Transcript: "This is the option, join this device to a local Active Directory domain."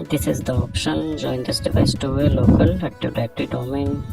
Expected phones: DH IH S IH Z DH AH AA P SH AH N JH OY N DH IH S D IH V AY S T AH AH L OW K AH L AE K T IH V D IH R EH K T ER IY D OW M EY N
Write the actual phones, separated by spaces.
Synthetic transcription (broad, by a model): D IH S IH Z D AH AA P SH AH N JH OY N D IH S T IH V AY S T AH AH L OW K AH L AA T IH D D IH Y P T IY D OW M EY N